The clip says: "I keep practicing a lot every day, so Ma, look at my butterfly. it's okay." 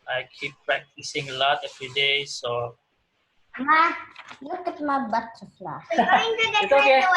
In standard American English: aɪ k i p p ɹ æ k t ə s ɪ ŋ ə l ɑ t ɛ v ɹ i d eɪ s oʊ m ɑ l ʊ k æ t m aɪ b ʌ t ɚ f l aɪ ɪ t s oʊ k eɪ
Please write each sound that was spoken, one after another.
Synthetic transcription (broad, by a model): aɪ k i p p ɹ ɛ k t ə s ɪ ŋ ə l ɑ t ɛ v ɹ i d eɪ s oʊ m ɑ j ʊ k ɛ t m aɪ b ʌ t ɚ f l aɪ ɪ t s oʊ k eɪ